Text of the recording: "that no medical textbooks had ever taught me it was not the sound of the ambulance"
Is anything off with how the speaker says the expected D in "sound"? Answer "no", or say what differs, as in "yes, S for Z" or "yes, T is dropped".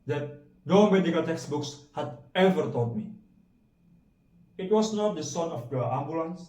yes, D is dropped